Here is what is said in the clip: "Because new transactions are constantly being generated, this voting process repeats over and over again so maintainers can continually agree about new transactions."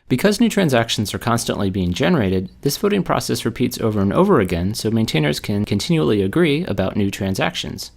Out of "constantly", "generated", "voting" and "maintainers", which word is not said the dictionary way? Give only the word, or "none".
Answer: voting